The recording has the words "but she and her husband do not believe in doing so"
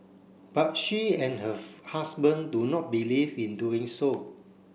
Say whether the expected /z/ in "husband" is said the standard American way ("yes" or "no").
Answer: no